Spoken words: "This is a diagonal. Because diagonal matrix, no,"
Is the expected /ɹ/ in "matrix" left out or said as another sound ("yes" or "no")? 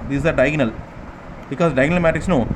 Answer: yes